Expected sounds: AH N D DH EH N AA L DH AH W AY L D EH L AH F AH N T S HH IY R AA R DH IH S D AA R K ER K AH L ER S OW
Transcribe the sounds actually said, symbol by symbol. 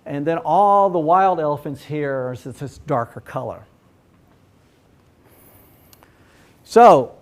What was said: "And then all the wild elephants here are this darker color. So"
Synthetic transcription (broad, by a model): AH N DH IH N AA L DH AH W AY L D EH L AH F AH N T S HH IY R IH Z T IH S D AA R K ER K AH L ER S OW